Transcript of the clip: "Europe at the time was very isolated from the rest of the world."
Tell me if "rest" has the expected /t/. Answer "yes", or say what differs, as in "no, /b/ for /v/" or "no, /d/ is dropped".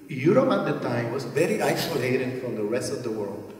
yes